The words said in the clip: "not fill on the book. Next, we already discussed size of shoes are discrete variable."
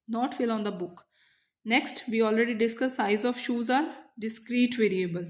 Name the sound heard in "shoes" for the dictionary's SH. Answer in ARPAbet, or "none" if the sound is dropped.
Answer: SH